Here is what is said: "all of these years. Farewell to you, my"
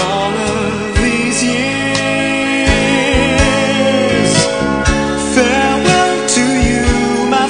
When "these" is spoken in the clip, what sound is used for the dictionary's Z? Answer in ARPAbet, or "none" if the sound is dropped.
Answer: Z